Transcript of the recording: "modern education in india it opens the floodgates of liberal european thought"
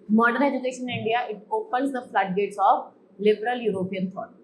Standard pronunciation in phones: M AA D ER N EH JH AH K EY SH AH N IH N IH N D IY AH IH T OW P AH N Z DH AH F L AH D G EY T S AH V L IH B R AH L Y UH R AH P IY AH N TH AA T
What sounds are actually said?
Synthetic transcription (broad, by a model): M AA D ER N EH JH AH K EY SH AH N N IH N D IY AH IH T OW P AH L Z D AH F L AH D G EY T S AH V L IH B R AH L Y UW R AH P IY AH N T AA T